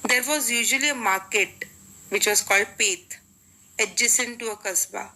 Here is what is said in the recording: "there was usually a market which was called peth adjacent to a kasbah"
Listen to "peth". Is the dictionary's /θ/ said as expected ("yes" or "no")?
no